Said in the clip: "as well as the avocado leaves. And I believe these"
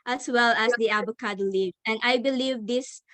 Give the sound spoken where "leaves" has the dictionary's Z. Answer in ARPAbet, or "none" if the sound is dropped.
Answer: none